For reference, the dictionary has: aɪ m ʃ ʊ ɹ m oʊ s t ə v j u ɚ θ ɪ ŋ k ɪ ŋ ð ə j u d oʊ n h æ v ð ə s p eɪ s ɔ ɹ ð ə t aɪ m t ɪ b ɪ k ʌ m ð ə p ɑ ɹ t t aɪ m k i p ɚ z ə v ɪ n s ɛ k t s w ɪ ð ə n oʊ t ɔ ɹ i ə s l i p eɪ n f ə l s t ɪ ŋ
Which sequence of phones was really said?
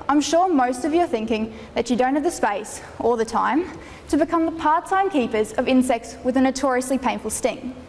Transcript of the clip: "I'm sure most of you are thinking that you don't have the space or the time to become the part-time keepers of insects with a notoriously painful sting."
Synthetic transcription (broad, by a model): aɪ m ʃ ʊ ɹ m oʊ s t ə v j ɚ θ ɪ ŋ k ɪ ŋ ð ə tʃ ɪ d oʊ n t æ v ð ə s p eɪ s ɔ l ð ə t aɪ m t ɪ b ɪ k ʌ m ð ə p ɑ ɹ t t aɪ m k i p ɚ z ə v ɪ n s ɛ k t s w ɪ ð ə n oʊ t ɔ ɹ i ə s l i p eɪ n f ə l s t ɪ ŋ